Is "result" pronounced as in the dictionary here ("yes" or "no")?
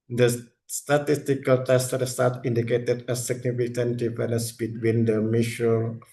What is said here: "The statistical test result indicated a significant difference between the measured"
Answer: no